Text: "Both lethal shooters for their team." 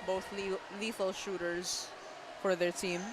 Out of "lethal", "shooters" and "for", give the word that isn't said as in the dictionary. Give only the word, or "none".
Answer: lethal